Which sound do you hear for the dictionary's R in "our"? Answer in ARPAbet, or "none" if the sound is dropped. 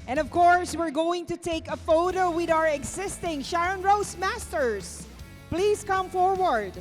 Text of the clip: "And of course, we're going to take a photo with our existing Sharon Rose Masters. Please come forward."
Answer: R